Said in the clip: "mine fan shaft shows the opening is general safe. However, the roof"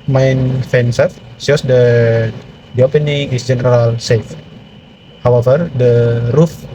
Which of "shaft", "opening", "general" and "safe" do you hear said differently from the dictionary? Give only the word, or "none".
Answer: shaft